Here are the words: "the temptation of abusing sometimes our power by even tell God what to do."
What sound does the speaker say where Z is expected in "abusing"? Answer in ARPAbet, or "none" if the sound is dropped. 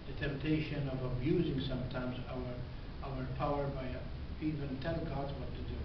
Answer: Z